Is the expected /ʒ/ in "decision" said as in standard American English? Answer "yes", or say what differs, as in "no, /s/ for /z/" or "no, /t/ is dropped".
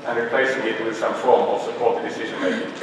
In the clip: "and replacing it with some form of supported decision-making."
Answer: yes